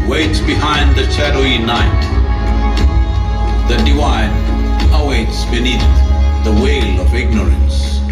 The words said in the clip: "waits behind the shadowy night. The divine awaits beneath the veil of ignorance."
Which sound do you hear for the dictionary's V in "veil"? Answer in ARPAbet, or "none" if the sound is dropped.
W